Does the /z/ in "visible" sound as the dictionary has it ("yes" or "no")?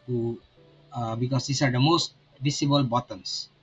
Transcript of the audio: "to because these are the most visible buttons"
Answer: no